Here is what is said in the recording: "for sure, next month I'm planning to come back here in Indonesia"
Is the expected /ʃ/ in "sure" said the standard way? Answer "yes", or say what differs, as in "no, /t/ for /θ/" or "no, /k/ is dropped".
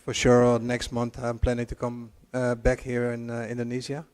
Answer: yes